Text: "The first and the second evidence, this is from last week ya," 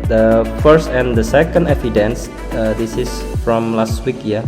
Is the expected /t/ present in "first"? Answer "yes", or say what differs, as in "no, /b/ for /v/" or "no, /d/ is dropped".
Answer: yes